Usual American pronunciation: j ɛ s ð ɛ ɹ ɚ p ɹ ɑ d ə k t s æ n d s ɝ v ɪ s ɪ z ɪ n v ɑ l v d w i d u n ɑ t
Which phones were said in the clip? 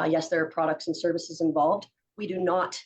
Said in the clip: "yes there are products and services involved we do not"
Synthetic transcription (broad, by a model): j ɛ s ð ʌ ɹ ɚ p ɹ ɑ d ə k t s n s ɝ v ɪ s ɪ z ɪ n v ɑ l v d w i d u n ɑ t